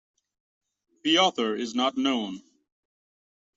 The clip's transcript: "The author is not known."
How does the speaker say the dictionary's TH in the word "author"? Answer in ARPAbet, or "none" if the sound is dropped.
TH